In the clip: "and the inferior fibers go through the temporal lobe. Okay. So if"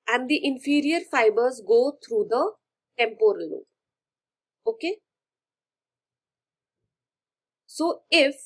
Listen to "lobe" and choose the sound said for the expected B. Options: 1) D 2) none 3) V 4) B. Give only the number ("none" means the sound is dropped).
2